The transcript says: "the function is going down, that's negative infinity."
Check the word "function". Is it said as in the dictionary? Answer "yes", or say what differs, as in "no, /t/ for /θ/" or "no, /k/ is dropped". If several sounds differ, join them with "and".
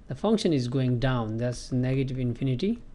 yes